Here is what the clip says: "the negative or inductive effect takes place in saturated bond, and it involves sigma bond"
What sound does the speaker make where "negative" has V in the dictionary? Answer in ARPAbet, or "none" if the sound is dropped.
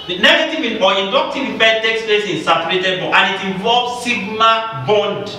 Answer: B